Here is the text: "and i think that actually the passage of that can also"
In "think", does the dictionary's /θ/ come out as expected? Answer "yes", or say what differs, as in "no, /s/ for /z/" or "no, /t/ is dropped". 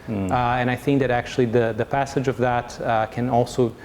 yes